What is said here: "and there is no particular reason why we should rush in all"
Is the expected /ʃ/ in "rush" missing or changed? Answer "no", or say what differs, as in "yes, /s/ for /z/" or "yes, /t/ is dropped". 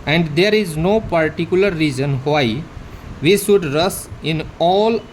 yes, /s/ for /ʃ/